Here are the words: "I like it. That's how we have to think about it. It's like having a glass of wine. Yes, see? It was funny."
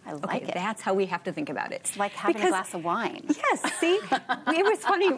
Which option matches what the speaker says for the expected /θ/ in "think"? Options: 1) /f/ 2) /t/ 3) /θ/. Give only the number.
3